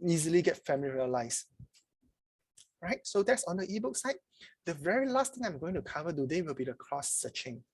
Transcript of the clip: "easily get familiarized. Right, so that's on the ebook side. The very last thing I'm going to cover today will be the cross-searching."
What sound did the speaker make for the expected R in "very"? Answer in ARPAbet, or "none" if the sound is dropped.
R